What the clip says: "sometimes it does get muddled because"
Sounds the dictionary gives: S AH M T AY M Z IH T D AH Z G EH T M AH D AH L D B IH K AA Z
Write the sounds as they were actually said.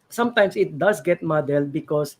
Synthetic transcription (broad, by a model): S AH M T AY M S IH T D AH S G EH T M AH D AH L B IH K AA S